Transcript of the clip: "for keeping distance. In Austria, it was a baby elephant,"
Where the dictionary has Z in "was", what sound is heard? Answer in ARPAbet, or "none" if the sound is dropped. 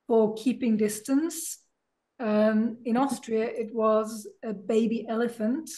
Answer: Z